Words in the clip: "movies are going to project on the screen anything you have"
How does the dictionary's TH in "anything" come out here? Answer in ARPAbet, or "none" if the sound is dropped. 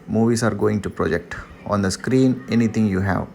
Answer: T